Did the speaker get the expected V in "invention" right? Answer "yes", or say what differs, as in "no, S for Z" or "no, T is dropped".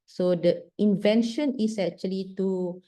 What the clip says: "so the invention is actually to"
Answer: yes